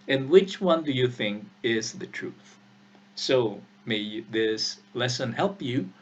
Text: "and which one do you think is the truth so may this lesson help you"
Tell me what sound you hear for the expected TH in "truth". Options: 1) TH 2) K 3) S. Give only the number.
1